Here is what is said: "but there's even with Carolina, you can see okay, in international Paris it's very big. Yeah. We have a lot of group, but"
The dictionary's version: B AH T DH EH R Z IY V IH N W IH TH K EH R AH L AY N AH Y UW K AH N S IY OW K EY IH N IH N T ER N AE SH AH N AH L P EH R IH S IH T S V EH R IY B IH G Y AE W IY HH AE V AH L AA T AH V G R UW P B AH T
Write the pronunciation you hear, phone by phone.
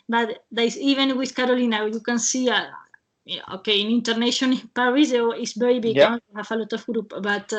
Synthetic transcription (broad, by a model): B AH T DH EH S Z IY V IH N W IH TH K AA R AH L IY N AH Y UW K AH N S IY OW K EY IH N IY N T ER N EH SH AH N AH N P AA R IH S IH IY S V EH R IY B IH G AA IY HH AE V AH L AA T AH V G R UW P B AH T